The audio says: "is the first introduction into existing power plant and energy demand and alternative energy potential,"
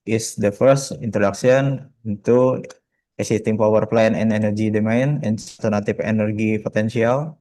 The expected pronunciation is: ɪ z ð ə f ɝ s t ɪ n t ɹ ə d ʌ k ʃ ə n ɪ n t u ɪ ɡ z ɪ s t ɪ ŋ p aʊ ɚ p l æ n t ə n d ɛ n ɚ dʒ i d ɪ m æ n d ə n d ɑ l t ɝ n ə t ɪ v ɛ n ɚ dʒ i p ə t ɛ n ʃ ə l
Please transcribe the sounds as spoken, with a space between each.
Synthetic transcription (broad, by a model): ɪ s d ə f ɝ s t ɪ n t ɹ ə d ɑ k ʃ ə n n t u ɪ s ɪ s t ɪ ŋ p aʊ ɚ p l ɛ n ə n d ɛ n ɚ dʒ i d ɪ m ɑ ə n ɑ n t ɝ n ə t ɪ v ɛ n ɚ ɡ i p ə t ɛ n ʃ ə l